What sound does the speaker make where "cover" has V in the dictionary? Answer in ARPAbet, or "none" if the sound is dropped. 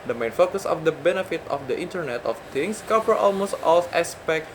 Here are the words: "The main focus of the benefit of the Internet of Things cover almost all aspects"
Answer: P